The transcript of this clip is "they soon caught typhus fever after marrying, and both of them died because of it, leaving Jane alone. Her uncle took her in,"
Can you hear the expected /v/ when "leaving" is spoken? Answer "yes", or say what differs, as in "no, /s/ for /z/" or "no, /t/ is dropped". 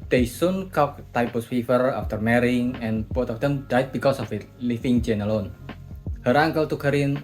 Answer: no, /f/ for /v/